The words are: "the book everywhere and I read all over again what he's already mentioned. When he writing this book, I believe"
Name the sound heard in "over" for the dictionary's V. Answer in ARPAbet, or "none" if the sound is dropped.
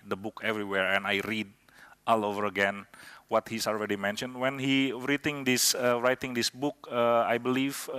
V